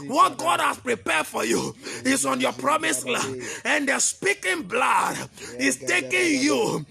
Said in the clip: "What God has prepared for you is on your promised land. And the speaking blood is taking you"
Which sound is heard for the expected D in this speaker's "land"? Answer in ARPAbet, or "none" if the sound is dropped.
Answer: none